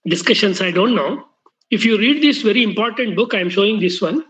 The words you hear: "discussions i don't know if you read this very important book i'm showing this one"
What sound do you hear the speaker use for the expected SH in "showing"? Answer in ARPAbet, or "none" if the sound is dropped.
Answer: SH